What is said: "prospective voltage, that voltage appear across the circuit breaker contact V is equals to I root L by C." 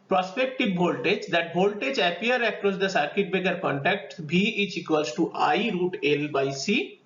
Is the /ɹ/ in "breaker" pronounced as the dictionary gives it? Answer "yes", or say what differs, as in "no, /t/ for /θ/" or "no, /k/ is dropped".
no, /ɹ/ is dropped